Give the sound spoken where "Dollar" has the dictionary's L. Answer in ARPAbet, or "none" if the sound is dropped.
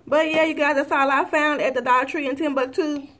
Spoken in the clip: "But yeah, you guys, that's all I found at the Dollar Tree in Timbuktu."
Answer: none